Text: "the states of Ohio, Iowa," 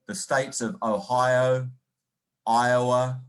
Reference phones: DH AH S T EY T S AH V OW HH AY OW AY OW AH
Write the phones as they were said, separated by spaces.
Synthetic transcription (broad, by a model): DH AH S T EY T S AH V OW HH AY OW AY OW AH